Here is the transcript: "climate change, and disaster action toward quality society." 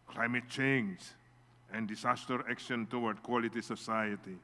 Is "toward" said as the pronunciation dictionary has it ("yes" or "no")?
no